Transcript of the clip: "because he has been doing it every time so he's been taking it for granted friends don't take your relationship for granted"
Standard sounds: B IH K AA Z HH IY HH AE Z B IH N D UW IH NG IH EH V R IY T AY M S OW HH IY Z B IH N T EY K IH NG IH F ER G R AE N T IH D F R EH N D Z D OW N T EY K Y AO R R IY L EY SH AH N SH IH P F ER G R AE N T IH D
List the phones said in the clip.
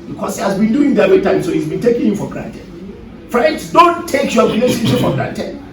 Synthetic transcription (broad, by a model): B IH K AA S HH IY HH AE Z B IH N D UW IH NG IH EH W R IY T AY M S OW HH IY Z B IH N T EY K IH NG IH F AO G R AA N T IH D F R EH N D S D OW N T EY K Y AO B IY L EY S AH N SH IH F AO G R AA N T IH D